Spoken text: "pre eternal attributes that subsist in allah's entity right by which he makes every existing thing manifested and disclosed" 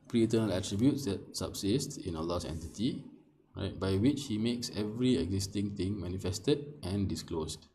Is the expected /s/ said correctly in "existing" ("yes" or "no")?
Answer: yes